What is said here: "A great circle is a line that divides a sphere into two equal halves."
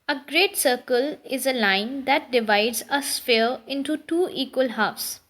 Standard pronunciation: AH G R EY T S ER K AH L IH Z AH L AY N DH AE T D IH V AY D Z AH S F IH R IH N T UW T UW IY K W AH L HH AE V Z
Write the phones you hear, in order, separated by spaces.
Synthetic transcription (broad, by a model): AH G R EY T S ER K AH L IH Z AH L AY N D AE T D IH V AY D Z AH S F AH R IH N T UW T UW IY K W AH L HH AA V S